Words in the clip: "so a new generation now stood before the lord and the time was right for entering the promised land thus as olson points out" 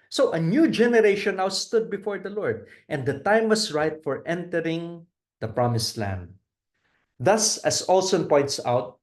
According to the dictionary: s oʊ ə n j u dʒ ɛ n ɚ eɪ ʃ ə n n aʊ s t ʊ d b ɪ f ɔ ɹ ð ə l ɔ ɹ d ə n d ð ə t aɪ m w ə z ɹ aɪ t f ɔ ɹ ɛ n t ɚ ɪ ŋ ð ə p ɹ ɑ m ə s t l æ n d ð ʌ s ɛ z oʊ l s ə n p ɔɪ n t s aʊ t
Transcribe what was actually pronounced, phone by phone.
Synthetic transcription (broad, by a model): s oʊ ə n j u dʒ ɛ n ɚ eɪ ʃ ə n n aʊ s t ʊ d b ɪ f ɔ ɹ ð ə l ɔ ɹ d ə n d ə t aɪ m w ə s ɹ aɪ t f ɔ ɹ ɛ n t ɚ ɪ ŋ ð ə p ɹ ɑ m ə s l æ n d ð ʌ s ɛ s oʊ l s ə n p ɔɪ n t s aʊ t